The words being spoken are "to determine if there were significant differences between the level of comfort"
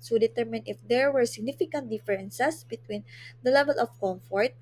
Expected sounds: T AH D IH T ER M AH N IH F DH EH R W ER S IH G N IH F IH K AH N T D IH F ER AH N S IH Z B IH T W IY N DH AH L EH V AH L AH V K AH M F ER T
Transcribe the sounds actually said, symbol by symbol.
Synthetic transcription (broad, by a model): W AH D IH T ER M AH N IH F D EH R W ER S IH G N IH F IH K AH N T D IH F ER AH N S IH S B IH T W IY N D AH L EH V AH L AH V K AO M F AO T